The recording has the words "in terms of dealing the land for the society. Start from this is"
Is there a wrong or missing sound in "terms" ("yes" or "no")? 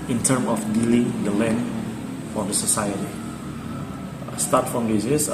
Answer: yes